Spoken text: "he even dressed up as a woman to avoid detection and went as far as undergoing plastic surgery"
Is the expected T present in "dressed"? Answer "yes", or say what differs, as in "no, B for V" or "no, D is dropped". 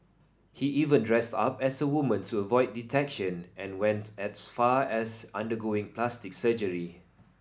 yes